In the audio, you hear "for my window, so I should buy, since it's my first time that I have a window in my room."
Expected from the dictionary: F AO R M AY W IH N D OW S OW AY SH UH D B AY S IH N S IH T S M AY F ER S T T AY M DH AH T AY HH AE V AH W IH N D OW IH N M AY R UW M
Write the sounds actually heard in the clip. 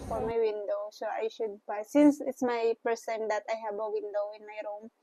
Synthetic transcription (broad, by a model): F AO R M AY W IH N D OW S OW AY SH UH D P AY S IH N S IH T S M AY P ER S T T AY M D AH T AY HH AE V AH W IH N D OW IH N M AY R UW M